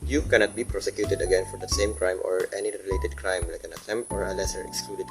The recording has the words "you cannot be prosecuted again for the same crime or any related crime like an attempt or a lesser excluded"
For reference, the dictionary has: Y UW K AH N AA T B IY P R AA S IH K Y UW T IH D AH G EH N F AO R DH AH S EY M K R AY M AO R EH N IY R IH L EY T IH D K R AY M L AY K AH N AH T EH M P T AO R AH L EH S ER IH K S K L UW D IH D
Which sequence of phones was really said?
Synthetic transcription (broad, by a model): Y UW K AH N AA T B IY P R AA S IH K Y UW T IH D AH G EH N F AO R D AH S EY M K R AY M AO R EH N IY R IH L EY T IH D K R AY M L AY K AH N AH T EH M T AO R AH L EH S ER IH K S K L UW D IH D